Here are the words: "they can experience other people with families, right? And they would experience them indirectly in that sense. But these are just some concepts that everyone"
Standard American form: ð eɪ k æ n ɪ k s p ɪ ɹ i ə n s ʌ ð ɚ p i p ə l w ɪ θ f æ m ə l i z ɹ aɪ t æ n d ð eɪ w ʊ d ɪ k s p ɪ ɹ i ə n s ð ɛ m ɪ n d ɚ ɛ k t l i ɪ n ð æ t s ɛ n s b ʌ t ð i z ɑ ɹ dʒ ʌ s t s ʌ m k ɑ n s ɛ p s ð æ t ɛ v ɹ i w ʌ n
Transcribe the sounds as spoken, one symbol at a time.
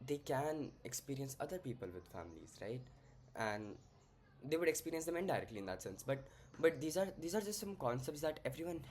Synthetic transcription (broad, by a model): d eɪ k æ n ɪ k s p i ɹ i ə n s ʌ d ɚ p i p ə l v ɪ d f æ m ə l i z ɹ aɪ t æ n d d eɪ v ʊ d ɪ k s p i ɹ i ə n s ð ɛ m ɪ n d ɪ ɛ k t l i ɪ n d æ t s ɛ n s b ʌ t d i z ɑ ɹ dʒ ʌ s t s ʌ m k ɑ n s ɛ p s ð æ t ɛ v ɹ i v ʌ n